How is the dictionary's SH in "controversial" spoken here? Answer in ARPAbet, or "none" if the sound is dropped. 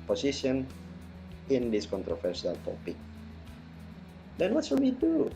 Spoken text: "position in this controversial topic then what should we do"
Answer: S